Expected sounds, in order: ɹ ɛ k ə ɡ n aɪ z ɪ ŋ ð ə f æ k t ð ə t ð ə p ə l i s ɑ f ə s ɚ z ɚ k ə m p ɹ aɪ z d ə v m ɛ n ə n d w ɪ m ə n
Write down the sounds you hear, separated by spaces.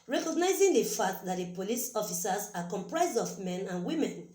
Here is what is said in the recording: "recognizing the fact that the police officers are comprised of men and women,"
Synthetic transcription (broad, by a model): ɹ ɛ k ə ɡ n aɪ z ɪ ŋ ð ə f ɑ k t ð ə t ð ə p ə l i s ɑ f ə s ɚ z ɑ k ə m p ɹ aɪ z d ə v m ɛ n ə n w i m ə n